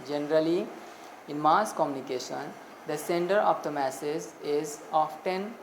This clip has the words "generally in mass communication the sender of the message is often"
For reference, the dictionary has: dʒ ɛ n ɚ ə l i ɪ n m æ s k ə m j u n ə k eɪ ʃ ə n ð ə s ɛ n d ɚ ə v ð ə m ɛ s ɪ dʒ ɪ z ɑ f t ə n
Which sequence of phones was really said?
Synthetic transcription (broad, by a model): dʒ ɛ n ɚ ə l i ɪ n m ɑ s k ə m j u n ə k eɪ ʃ ə n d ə s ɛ n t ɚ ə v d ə m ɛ s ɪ z ɪ z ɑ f t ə n